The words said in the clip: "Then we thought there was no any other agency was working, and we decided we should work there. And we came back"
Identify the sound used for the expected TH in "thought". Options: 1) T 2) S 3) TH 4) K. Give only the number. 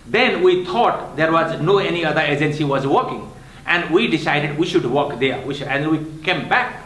1